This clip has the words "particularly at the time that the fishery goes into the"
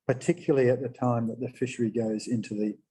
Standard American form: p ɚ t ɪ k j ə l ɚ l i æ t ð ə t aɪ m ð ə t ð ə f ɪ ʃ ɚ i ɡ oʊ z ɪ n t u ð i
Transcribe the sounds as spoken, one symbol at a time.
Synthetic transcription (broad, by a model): p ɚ t ɪ k j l l i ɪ t ð ə t aɪ m ð ə t ð ə f ɪ ʃ ɚ i ɡ oʊ z ɪ n t u ð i